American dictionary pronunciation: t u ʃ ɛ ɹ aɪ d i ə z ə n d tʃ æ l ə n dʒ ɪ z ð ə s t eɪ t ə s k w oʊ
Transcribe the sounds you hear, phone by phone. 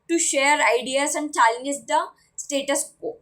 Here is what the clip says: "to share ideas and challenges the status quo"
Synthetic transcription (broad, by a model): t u ʃ ɛ ɹ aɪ d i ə s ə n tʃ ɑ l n ɪ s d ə s t eɪ t ə s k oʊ